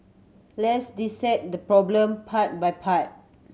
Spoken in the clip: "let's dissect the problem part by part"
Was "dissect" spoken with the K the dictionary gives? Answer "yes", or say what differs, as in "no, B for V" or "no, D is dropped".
no, K is dropped